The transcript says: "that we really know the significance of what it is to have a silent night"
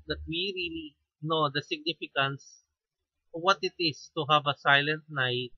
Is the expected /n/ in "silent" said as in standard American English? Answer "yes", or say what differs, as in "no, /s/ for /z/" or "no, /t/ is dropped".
yes